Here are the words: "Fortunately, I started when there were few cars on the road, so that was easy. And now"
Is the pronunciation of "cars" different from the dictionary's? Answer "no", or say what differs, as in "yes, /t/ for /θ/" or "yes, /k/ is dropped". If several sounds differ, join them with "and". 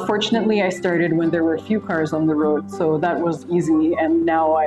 no